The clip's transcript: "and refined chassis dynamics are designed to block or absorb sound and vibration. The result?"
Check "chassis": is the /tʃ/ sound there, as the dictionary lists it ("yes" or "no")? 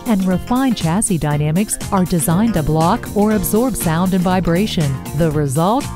yes